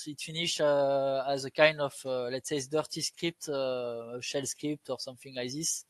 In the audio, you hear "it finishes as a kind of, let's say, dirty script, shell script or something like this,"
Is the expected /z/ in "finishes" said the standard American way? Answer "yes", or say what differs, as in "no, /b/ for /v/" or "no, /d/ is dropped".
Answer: no, /z/ is dropped